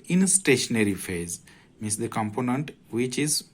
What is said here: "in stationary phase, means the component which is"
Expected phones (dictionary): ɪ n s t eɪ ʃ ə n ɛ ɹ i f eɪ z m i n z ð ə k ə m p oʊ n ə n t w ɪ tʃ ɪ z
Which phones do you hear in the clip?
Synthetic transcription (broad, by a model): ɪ n s t eɪ ʃ ə n ɛ ɹ i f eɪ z m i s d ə k ə m p oʊ n ə n t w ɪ tʃ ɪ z